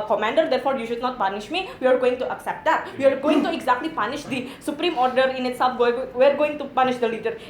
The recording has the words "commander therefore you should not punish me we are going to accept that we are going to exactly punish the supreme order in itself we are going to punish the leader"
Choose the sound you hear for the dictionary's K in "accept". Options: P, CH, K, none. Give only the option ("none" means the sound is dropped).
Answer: K